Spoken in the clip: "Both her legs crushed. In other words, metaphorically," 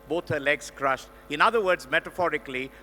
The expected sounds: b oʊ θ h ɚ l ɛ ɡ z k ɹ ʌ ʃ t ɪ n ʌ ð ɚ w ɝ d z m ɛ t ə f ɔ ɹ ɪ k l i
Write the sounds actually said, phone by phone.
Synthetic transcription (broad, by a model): b oʊ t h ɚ l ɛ ɡ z k ɹ ʌ ʃ t ɪ n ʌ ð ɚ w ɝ d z m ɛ t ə f ɔ ɹ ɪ k l i